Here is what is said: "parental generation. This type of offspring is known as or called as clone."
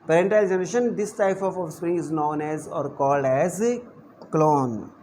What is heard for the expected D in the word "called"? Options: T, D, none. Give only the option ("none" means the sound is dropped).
D